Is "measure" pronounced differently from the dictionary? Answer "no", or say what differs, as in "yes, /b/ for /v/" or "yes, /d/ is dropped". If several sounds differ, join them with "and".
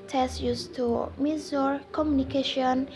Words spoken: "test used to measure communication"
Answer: yes, /z/ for /ʒ/